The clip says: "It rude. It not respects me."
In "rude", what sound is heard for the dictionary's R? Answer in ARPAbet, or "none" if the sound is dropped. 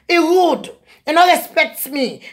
W